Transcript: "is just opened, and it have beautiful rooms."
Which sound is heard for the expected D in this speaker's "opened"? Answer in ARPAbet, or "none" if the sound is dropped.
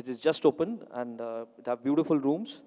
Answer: none